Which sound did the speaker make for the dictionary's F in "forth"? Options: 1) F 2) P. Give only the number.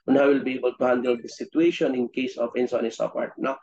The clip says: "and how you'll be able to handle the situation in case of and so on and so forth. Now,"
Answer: 2